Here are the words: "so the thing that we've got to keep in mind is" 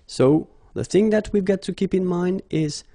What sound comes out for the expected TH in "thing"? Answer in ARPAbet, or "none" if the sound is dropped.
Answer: TH